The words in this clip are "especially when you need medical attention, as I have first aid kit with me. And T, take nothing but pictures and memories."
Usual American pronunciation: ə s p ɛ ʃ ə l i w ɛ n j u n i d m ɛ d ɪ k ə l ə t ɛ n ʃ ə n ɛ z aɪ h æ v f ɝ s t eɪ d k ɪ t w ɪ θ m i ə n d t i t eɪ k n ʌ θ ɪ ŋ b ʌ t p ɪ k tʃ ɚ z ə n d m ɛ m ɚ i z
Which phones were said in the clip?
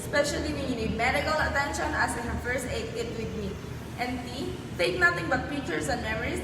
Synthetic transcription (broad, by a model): s p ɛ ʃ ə l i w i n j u n i d m ɛ d ɪ k ə l ə t ɛ n ʃ ə n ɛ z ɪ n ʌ f ɝ s t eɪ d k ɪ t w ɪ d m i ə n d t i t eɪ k n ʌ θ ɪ ŋ b ʌ t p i tʃ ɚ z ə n m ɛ m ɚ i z